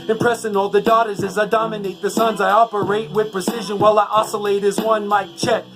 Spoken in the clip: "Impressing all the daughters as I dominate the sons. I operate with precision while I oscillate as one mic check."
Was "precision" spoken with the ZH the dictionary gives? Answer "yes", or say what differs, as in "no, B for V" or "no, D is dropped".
yes